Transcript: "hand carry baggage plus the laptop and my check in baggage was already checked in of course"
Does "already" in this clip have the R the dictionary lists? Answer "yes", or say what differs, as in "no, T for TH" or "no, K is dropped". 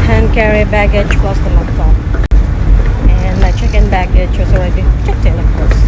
no, W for R